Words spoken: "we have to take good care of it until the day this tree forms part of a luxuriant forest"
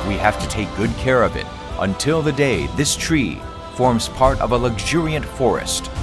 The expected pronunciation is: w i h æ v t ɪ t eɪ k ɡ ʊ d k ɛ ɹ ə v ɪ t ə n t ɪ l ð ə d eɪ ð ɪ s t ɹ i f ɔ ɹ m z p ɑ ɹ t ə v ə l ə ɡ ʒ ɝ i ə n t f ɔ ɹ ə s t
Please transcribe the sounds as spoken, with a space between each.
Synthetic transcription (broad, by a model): w i h æ f t ɪ t eɪ k ɡ ʊ d k ɛ ɹ ə v ɪ t ə n t ɪ l ð ə d eɪ ð ɪ s t ɹ i f ɔ ɹ m z p ɑ ɹ t ə v ə l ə ɡ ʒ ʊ i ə n t f ɔ ɹ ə s t